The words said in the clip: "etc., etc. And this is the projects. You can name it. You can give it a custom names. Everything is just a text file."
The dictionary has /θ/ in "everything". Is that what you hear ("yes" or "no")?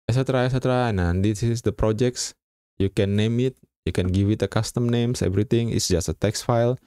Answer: no